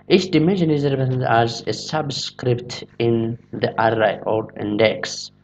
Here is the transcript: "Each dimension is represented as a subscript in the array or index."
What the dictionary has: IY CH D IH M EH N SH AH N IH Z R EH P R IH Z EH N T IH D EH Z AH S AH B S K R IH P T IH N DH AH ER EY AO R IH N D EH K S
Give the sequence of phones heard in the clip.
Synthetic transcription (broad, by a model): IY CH D IH M EH N SH AH N IH Z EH R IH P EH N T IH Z AH S AH B S K R IH P T IH N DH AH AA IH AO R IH N D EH K S